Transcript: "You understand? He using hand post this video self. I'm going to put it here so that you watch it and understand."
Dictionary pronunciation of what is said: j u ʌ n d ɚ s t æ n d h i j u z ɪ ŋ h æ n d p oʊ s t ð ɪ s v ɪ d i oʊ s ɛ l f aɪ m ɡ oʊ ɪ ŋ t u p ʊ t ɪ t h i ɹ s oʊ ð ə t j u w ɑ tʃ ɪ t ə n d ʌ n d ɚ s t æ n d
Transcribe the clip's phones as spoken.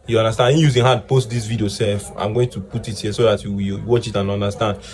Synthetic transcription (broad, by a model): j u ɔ n d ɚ s t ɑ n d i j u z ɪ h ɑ d p oʊ s t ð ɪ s v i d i oʊ s ɛ l f aɪ m ɡ oʊ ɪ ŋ t u p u t ɪ t h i s oʊ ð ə t j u w ɑ tʃ ɪ t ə n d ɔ n d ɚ s t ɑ n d